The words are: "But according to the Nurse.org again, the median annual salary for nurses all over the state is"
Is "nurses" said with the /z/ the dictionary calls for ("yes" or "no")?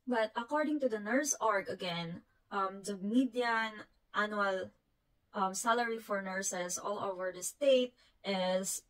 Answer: no